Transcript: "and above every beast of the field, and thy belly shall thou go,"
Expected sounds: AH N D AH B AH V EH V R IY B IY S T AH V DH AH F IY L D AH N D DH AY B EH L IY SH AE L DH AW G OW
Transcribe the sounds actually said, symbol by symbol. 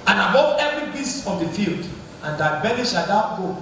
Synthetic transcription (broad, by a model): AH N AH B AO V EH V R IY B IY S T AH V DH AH F IY L D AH N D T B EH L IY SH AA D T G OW